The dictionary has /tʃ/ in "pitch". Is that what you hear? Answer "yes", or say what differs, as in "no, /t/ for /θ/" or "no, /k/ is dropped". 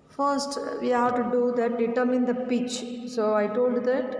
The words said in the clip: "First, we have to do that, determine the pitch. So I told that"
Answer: yes